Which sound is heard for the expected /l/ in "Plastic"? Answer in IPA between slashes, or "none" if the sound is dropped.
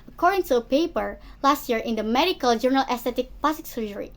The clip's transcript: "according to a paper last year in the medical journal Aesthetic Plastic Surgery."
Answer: none